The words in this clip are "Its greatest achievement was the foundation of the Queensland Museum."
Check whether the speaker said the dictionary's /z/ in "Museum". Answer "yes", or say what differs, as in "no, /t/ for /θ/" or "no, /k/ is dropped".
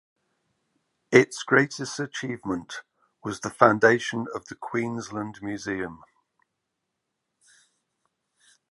yes